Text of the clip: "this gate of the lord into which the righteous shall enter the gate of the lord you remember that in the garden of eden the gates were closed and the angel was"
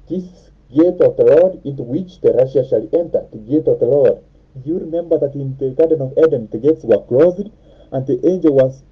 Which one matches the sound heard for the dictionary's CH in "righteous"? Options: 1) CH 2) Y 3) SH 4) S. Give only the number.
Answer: 3